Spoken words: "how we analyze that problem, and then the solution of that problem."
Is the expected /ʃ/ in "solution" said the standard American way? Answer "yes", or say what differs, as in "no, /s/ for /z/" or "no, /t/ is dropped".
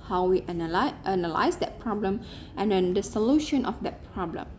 yes